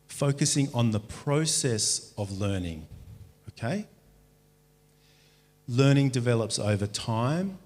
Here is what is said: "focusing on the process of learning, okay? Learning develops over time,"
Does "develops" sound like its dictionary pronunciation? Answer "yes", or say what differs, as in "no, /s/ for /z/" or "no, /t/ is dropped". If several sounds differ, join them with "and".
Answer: yes